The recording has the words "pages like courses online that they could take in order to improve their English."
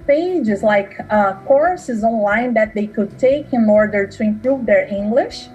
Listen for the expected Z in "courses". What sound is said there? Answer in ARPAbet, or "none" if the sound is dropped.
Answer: Z